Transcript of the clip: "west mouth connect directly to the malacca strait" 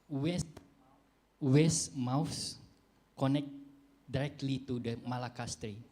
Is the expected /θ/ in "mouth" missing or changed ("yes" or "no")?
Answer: yes